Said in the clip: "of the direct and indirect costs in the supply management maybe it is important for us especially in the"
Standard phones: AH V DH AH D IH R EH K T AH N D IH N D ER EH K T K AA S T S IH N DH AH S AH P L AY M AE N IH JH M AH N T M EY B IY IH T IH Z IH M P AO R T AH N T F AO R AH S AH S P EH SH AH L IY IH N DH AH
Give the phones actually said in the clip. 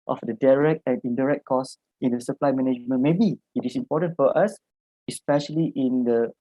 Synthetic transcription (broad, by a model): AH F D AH D IH R EH K T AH N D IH N D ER EH K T K AA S S IH N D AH S AH P L AY M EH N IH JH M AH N M EY B IY IH T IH S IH M P AO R T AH N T F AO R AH S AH S P EH SH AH L IY IH N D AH